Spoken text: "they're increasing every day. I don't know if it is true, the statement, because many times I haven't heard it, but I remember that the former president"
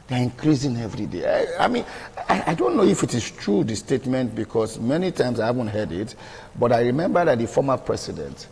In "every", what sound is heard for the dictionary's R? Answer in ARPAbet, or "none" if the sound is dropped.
R